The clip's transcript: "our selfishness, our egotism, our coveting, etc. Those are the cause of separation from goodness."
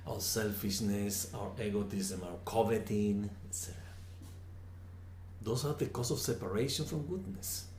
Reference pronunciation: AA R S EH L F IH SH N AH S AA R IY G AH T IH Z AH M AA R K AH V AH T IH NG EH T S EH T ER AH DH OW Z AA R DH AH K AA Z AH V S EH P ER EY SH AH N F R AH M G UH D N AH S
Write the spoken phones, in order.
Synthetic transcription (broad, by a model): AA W S EH L F IH SH N AH S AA W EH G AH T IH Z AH M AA W K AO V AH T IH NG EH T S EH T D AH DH OW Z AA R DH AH K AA S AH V S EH P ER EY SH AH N F R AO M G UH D N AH S